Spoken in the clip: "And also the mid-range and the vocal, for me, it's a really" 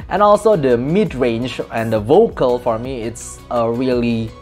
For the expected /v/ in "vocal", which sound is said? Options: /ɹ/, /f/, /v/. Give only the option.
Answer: /v/